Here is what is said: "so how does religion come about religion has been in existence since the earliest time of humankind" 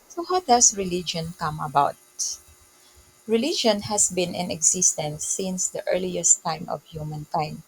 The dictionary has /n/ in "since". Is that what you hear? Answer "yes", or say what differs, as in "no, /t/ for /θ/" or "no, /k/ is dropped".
yes